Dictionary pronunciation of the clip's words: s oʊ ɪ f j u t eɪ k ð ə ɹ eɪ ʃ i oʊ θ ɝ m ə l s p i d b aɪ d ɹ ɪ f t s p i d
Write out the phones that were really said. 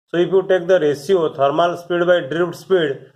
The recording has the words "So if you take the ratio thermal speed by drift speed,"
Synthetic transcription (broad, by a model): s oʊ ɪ p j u t eɪ k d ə ɹ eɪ s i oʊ t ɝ m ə l s p i d b aɪ d ɹ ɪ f t s p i d